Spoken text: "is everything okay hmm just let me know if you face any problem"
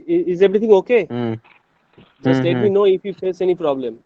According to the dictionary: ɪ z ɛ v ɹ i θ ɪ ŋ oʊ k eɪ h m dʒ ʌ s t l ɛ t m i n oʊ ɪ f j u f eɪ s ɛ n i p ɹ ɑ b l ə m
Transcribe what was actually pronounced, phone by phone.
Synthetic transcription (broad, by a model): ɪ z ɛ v ɹ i t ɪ ŋ oʊ k eɪ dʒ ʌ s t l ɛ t m i n oʊ ɪ f j u f eɪ s ɛ n i p ɹ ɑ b l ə m